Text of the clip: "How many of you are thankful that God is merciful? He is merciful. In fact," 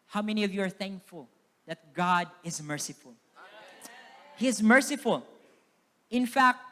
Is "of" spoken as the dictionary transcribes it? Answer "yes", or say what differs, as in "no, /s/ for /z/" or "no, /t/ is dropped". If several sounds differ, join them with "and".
yes